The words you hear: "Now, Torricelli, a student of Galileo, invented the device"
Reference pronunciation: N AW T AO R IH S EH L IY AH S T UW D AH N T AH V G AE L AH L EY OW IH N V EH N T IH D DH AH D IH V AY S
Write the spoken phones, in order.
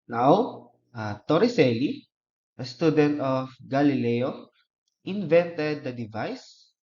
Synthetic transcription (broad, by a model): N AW T AO R IH S EH L IY AH S T UW D AH N T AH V G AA L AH L EY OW IH N V EH N T IH D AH D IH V AY S